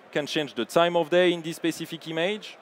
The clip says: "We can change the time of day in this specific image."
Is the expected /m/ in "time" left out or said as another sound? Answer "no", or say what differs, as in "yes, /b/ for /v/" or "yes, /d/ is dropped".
no